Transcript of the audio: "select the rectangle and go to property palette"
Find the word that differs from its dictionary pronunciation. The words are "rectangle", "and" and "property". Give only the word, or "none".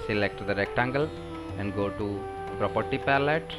none